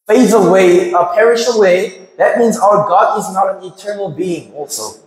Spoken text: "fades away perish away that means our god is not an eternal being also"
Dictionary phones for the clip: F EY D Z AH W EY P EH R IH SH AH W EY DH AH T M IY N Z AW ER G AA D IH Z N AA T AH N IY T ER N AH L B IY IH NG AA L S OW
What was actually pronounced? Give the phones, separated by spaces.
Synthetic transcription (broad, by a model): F EY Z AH W EY P EH R IH SH AH W EY DH AH T M IY N Z AW ER G AA D IH Z N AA T AH N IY T ER N L B IY IH NG AA L S OW